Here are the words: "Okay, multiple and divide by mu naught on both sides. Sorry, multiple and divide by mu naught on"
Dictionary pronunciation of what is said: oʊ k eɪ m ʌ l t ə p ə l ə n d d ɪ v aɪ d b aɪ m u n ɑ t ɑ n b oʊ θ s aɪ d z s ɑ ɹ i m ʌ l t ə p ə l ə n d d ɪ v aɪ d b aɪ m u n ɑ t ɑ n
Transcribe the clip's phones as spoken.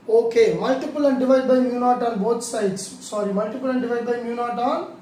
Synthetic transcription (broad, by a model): oʊ k eɪ m ʌ l t ə p ə l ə n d d ɪ v aɪ d b aɪ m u n ɑ t ɑ n b oʊ t s aɪ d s s ɑ ɹ i m ʌ l t ə p ə l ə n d d ɪ v aɪ d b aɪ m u n ɑ t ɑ n